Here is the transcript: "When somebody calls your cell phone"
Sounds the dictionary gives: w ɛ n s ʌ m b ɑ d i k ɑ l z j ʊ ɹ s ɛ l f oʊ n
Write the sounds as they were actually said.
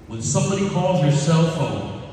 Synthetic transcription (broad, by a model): w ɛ n s ʌ m b ɑ d i k ɑ l z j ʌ ɹ s ɛ l f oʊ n